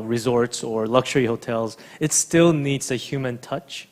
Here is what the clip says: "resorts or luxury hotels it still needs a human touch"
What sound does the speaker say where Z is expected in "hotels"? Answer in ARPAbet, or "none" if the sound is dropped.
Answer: Z